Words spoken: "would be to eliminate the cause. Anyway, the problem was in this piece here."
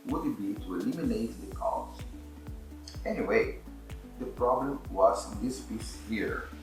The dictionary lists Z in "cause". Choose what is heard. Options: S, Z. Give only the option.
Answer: S